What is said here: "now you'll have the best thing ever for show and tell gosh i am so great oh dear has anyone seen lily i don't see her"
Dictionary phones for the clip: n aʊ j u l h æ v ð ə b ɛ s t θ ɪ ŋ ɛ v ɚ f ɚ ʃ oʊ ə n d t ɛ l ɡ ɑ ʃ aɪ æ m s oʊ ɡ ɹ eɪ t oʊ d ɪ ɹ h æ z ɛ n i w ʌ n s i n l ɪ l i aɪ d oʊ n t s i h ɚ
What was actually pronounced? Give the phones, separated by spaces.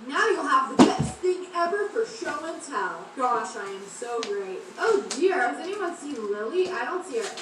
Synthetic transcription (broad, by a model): n aʊ j u l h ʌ v ð ə b ɛ s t θ ɪ ŋ ɛ v ɚ f ɚ ʃ oʊ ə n t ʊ n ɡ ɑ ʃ aɪ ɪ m s oʊ ɡ ɹ eɪ t oʊ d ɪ ɹ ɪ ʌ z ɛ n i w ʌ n s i l ɪ l i aɪ d oʊ n t s i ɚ